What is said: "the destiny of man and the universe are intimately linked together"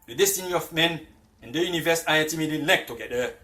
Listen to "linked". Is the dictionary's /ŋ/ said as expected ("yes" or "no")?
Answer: no